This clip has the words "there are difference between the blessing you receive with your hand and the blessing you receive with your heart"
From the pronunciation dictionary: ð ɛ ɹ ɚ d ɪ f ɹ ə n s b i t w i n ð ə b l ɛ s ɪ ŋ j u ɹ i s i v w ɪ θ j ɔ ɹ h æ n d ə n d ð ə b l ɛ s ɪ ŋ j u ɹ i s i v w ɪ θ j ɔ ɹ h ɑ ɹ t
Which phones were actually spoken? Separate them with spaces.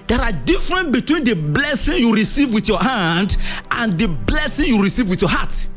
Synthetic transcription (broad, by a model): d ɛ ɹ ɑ d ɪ f ɹ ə n b i t w i n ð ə b l ɛ s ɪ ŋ j u ɹ i s i v w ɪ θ j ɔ h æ n d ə n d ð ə b l ɛ s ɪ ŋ j u ɹ i s i v w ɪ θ j ɔ h ɑ t